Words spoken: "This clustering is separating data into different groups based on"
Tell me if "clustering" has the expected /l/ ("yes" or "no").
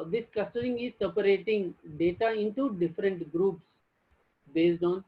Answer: no